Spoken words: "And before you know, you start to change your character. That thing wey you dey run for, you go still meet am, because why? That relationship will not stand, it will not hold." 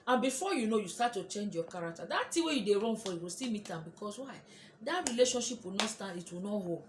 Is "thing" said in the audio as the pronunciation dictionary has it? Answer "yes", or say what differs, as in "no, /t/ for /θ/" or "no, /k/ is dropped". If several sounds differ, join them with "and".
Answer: no, /t/ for /θ/